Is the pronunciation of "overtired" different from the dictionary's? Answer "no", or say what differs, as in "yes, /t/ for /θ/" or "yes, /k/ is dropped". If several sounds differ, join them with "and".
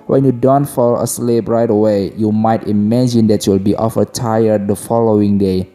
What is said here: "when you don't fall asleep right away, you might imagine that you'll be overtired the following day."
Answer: yes, /f/ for /v/